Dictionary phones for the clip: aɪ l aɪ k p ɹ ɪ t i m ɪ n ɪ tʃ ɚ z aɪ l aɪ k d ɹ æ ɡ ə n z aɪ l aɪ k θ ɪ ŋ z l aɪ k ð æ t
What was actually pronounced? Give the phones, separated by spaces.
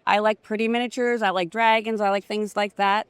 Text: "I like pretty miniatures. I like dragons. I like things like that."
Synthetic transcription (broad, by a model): aɪ l aɪ k p ɹ ɪ t i m ɪ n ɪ tʃ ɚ z aɪ l aɪ k d ɹ æ ɡ ə n z aɪ l aɪ k θ ɪ ŋ z l aɪ k ð æ t